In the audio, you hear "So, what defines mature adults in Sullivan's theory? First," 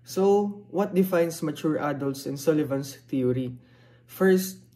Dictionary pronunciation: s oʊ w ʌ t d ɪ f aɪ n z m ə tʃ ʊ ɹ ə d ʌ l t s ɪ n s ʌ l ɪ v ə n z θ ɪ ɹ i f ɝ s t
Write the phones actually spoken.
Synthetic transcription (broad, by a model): s oʊ w ʌ t d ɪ f aɪ n s m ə tʃ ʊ ɹ ə d ʌ l t s ɪ n s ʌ l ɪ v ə n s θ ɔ ɹ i f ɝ s t